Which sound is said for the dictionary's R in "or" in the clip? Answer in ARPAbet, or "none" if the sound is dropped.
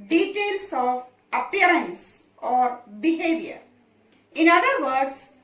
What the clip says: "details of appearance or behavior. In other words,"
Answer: R